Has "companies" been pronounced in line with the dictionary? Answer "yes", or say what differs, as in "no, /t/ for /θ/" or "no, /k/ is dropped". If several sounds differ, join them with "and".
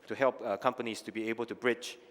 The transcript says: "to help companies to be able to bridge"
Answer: no, /s/ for /z/